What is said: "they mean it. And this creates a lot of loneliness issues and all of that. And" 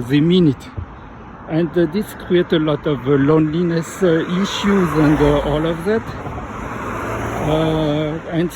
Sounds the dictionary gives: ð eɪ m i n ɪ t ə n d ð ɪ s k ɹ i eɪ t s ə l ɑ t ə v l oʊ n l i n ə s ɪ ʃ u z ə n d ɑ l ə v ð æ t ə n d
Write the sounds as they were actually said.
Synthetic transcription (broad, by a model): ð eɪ m i n ɪ t ə n d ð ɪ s k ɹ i eɪ t ə l ɑ t ə v l oʊ n l i n ə s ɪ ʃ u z ə n d ɑ l ə v ð æ t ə n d